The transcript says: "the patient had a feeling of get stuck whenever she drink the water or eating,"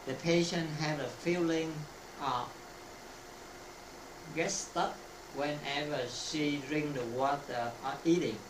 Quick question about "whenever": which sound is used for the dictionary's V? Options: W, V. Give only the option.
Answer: V